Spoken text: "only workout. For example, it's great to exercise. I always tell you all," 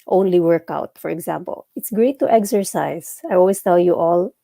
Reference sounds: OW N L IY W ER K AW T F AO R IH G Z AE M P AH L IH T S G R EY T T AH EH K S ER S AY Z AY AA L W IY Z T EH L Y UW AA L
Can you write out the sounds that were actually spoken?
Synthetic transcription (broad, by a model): OW N L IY W ER K AW T F AO R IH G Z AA M P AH L IH T S G R EY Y T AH EH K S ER S AY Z AY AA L W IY S T EH L Y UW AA L